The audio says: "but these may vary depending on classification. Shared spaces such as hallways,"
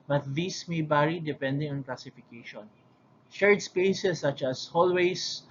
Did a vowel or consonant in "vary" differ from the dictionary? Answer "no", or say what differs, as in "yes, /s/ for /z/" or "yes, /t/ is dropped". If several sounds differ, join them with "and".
yes, /b/ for /v/